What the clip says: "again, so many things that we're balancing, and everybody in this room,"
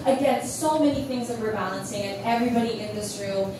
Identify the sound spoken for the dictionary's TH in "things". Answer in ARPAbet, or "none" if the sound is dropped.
TH